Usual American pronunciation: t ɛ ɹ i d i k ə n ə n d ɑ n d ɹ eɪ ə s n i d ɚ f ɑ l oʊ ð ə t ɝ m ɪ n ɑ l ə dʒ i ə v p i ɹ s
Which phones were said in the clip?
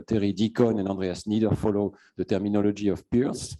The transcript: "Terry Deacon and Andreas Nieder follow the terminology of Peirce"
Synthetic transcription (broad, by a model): t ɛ ɹ i d i k ə n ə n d ɑ d ɹ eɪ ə s n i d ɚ f ɑ l oʊ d ə t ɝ m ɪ n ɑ l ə ʒ i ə f p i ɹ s